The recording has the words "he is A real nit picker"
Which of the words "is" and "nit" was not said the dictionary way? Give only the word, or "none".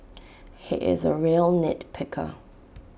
none